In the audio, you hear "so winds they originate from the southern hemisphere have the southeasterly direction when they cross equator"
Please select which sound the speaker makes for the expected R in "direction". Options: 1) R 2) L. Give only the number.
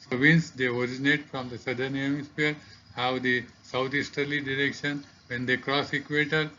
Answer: 1